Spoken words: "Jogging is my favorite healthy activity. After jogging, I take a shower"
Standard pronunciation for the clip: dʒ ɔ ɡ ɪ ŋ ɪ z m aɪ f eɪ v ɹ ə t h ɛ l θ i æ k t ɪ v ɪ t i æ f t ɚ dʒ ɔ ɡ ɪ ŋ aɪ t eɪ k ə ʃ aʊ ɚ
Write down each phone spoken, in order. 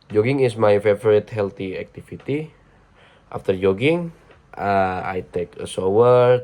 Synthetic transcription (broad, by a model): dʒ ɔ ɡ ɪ ŋ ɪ s m aɪ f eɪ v ɹ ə t h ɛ l t i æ k t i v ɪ t i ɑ f t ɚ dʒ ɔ ɡ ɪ ŋ aɪ t eɪ k ə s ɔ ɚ